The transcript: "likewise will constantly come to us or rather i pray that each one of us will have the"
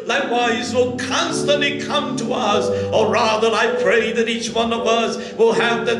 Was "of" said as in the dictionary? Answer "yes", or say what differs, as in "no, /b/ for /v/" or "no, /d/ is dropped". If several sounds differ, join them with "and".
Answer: yes